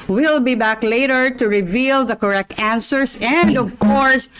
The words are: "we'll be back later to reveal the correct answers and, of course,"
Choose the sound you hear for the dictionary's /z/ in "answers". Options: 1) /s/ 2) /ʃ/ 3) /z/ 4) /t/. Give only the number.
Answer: 1